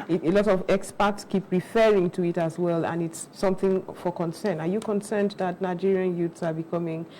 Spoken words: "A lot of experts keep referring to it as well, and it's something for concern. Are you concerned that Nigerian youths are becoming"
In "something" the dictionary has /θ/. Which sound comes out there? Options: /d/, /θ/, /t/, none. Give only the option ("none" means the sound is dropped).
/θ/